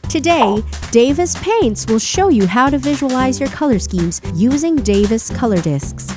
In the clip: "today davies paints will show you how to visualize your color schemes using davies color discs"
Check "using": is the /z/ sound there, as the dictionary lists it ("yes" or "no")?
yes